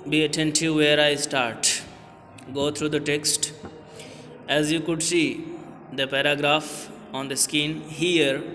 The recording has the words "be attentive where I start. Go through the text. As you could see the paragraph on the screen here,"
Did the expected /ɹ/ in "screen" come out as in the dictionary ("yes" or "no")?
no